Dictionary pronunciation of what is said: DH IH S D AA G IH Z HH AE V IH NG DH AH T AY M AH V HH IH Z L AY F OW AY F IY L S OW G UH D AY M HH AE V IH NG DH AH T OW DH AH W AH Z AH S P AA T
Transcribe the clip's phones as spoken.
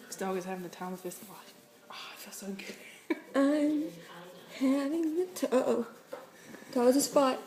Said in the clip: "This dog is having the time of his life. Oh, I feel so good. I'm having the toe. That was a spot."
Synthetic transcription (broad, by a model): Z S D AA G IH Z HH AE V IH NG DH AH T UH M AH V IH S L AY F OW AY F IY L S OW G UH D AY M HH AE V IH NG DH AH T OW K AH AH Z AH S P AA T